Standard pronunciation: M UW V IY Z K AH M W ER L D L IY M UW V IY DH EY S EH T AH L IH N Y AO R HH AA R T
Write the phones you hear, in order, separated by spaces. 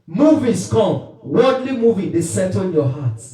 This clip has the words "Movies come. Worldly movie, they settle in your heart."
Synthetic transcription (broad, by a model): M UW V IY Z K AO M W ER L D L IY M UW V IY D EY S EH T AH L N Y AO HH AA T